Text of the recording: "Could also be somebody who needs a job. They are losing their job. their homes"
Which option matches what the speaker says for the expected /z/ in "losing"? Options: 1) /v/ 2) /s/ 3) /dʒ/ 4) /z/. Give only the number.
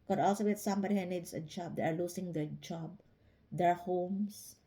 2